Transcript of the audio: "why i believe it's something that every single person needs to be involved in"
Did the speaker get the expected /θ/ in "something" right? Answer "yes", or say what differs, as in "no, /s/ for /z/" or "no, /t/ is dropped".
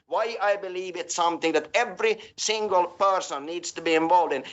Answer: yes